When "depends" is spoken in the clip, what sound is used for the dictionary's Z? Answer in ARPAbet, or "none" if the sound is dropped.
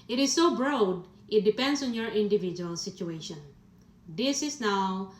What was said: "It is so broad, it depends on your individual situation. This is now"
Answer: S